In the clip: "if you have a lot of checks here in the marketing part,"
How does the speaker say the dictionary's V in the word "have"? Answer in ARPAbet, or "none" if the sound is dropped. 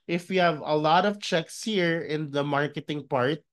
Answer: V